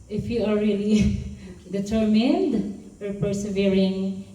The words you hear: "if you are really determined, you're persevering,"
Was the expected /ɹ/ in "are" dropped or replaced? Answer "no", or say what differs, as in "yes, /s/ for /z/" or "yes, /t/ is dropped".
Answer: yes, /l/ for /ɹ/